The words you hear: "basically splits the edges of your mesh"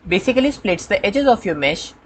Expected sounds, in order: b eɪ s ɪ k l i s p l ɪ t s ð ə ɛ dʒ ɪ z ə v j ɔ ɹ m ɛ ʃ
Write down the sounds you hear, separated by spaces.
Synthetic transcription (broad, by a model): b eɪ s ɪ k l i s p l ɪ t s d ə ɛ dʒ ɪ z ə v j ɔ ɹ m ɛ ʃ